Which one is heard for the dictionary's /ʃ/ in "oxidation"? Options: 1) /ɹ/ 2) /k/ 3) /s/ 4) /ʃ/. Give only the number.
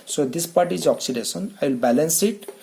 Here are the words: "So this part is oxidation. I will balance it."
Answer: 3